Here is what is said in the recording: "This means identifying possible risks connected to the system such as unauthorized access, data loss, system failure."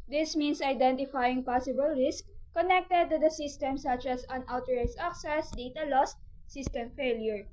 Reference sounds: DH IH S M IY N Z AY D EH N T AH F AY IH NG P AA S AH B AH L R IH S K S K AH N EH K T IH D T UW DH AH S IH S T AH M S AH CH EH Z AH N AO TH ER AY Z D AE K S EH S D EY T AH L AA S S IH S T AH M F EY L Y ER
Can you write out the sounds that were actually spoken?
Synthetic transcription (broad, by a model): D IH S M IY N S AY D EH N T AH F AY IH NG P AA S AH B AH L R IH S S K AH N EH K T IH D T UW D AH S IH S T AH M S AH CH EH S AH N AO T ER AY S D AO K S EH S D EY T AH L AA S S IH S T AH M F EY L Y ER